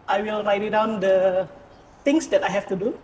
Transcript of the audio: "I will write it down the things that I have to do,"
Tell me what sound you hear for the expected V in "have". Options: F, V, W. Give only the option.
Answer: F